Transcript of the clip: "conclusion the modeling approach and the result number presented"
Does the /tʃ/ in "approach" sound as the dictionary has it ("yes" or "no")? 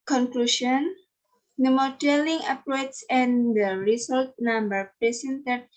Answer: no